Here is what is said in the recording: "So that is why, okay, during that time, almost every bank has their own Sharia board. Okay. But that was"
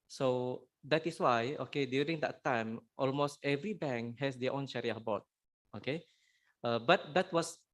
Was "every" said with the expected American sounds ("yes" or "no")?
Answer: yes